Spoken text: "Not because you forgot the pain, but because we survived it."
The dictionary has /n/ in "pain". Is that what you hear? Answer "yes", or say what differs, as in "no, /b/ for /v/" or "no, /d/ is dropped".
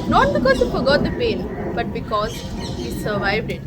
no, /l/ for /n/